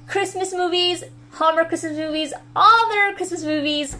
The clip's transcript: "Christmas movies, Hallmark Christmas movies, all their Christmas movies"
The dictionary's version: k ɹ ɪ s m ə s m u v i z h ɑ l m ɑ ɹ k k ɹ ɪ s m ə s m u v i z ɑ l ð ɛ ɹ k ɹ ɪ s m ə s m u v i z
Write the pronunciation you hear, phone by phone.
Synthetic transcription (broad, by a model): k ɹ ɪ s m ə s m u v i z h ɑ m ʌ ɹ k k ɹ ɪ s m ə s m u v i z ɑ l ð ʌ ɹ k ɹ ɪ s m ə s m u v i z